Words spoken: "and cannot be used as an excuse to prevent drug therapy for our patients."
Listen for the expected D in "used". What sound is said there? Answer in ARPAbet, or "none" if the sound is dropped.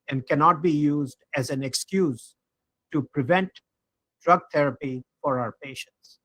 D